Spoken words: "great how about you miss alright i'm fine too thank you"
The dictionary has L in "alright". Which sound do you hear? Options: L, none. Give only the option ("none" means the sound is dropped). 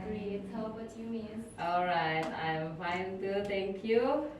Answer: L